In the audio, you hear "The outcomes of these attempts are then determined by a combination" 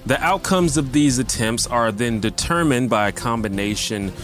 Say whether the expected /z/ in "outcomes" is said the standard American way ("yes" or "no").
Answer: yes